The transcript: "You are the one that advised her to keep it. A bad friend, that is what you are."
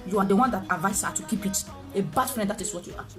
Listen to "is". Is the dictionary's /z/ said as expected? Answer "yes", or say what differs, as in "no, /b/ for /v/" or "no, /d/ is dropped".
no, /s/ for /z/